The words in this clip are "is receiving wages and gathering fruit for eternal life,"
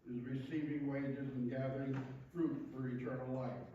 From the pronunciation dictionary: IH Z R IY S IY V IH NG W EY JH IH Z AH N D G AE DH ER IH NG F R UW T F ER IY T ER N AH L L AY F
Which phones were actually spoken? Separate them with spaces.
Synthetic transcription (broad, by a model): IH Z R IY S IY V IH NG W EY JH IH Z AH N G AE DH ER IH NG F R UW T F ER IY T ER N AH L L AY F